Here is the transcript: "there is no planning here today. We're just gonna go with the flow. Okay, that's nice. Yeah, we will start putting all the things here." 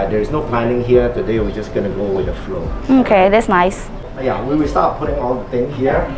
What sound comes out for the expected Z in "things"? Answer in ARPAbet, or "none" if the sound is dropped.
none